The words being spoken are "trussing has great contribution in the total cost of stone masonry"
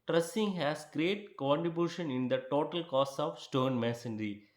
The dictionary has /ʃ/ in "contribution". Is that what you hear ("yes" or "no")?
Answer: yes